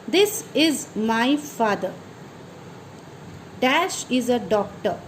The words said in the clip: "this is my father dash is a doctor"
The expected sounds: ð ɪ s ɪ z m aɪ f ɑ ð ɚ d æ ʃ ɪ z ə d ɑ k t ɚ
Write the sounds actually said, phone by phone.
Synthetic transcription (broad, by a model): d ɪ s ɪ z m aɪ f ɑ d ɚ d æ ʃ ɪ z ə d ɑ k t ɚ